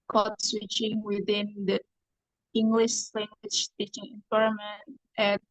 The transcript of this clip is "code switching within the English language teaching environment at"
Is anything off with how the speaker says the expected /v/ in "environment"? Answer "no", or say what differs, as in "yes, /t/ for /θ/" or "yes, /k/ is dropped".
yes, /p/ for /v/